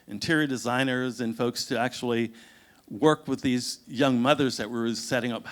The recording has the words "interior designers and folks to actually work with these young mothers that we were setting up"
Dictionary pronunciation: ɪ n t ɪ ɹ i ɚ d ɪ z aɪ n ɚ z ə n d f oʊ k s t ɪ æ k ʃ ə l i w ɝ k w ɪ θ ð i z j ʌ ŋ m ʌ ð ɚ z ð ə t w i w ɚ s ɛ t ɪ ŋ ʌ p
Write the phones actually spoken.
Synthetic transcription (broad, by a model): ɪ n t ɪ ɹ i d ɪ z aɪ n ɚ z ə n f oʊ k s t ɪ æ k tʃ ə l i w ɝ k w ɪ ð i z j ʌ ŋ m ʌ ð ɚ z ð ə t w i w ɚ s ɛ t ɪ ŋ ʌ p